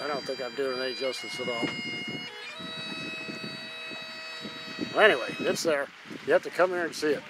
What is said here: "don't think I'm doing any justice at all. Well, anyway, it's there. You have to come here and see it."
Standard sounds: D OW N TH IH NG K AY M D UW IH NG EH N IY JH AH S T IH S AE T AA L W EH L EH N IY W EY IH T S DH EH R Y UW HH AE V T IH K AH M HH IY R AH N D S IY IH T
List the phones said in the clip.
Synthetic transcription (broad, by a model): D OW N TH IH NG K AY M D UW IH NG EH IY JH AH S T IH S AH T AA L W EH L EH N IY W EY IH T S DH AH R Y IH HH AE F T IH K AH M HH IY R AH N S IY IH T